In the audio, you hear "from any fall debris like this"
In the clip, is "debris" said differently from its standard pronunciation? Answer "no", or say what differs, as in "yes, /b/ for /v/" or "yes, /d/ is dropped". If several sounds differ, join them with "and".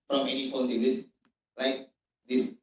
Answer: yes, /b/ is dropped